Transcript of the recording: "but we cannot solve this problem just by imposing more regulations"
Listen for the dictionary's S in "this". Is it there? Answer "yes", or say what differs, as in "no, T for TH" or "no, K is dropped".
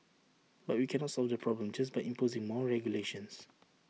no, S is dropped